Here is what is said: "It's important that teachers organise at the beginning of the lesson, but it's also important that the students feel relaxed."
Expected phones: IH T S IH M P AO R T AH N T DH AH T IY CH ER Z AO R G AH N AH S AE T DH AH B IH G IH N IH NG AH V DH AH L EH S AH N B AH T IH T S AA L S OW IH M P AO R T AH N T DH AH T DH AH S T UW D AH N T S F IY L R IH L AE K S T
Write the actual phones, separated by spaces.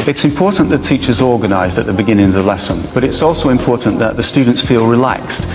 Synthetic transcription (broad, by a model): IH T S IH M P AO R T N DH AH T IY CH ER Z AO R G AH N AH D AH T DH AH B IH G IH N IH NG AH V DH AH L EH S AH N B AH T IH T S AA L S OW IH M P AO R T N DH AH T DH AH S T UW D N T S F IY L R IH L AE K S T